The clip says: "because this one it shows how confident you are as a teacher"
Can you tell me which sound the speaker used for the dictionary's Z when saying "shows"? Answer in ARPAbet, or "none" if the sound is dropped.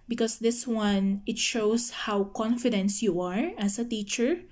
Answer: S